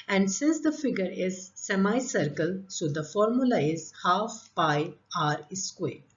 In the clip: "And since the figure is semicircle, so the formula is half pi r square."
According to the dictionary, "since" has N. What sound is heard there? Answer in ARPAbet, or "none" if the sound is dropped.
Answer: N